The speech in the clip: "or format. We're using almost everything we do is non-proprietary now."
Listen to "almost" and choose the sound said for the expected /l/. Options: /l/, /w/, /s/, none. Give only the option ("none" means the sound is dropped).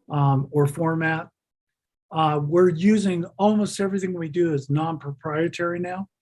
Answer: /l/